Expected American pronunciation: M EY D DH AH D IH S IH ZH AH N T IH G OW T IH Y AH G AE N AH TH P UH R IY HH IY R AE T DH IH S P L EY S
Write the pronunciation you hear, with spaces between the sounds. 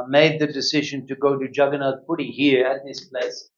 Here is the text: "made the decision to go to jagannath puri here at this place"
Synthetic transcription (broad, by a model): M EY D DH AH D IH S IH ZH AH N T IH G OW T IH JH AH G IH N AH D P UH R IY HH IY R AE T DH IH S P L EY S